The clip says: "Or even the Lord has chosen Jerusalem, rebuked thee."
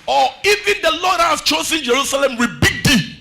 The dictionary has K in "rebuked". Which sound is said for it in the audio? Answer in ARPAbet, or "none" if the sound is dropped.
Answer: none